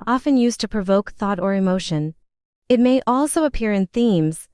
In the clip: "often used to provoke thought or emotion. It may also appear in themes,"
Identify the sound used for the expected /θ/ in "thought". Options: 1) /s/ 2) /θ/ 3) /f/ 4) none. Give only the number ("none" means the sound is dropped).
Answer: 2